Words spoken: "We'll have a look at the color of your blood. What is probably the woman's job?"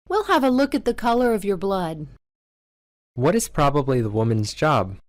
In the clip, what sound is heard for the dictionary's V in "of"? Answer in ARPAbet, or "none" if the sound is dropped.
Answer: V